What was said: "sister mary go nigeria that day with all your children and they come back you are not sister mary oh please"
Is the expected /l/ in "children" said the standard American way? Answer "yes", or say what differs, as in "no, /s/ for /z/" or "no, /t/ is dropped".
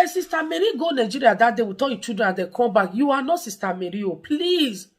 no, /l/ is dropped